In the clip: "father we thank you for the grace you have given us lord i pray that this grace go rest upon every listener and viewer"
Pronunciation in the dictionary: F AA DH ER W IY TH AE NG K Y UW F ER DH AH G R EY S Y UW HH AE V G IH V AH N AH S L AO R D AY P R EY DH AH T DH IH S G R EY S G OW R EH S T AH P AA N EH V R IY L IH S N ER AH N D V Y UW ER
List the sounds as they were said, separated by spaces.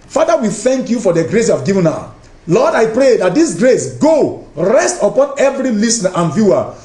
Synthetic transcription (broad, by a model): F AA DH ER W IY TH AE NG K Y UW F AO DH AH G R EY S Y UW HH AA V G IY V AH N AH L AO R D AY P R EY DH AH T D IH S G R EY S G OW R EH S T AH P AA N EH V R IY L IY S N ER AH N V Y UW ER